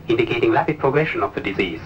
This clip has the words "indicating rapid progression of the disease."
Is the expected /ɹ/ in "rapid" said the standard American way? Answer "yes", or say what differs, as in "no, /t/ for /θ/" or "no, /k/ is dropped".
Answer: no, /l/ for /ɹ/